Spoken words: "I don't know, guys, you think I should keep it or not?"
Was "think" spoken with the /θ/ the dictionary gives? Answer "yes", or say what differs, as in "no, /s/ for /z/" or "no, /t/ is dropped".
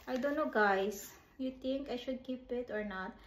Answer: no, /t/ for /θ/